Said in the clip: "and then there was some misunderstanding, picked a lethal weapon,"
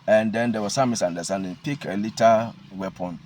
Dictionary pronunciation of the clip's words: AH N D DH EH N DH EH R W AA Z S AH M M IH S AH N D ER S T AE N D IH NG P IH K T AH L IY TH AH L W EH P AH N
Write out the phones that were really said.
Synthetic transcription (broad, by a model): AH N D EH N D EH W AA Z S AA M M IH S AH N D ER S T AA N D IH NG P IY K AH L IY T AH W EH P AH N